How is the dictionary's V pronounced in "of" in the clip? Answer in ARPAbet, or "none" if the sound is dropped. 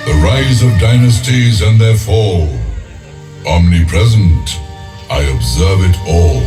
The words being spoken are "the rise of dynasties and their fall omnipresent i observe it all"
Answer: V